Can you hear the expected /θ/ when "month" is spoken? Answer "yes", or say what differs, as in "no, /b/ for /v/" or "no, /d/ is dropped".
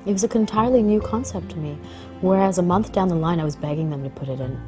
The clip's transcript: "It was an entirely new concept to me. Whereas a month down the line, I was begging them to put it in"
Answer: yes